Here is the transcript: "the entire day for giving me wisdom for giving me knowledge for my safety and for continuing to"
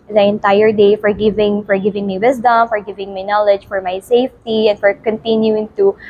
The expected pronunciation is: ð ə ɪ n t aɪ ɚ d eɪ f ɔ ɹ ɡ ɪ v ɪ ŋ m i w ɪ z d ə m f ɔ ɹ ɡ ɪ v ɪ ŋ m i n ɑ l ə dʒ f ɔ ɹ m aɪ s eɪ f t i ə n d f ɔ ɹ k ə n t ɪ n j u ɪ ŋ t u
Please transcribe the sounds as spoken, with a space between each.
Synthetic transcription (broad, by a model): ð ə ɪ n t aɪ ɚ d eɪ f ɔ ɹ ɡ ɪ v ɪ ŋ m i w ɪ s d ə m f ɔ ɹ ɡ ɪ v ɪ ŋ m i n ɑ l ə dʒ f ɔ ɹ m aɪ s eɪ f t i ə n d f ɔ ɹ k ə n t ɪ n j u ɪ ŋ t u